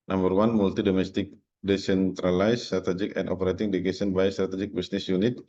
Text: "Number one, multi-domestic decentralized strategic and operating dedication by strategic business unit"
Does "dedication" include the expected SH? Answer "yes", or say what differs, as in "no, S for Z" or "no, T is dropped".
no, S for SH